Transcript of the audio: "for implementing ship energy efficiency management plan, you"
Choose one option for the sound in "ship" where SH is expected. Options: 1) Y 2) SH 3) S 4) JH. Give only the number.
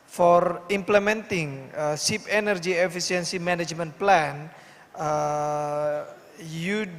3